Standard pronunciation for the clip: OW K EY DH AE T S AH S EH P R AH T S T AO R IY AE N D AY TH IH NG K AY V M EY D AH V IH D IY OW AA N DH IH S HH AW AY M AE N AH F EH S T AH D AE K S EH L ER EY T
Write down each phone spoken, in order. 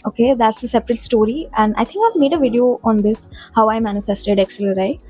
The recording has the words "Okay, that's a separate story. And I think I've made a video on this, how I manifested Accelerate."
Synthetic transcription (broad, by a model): OW K EY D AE T S AH S EH P R AH T S T AO R IY AE N D AY T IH NG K AY V M EY D AH V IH D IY OW AA N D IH S HH AW AY M AE N AH F EH S T AH D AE K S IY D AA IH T